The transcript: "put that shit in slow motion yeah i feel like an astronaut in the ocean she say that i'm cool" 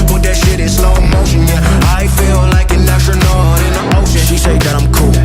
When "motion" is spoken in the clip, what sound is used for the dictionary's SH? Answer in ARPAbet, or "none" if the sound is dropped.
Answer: none